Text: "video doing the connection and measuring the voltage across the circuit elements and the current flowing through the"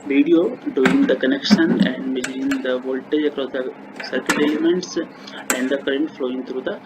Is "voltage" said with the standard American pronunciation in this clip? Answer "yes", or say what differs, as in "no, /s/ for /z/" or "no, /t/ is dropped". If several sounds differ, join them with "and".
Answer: yes